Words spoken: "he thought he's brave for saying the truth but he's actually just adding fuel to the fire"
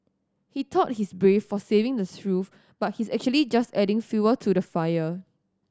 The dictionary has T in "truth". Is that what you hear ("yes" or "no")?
no